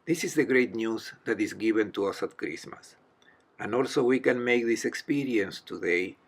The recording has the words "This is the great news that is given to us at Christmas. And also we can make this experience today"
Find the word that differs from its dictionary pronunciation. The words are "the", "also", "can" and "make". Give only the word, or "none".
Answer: none